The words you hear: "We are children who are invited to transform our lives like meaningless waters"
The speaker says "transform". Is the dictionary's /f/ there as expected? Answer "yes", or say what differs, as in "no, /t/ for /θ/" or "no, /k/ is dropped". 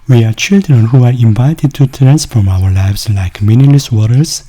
yes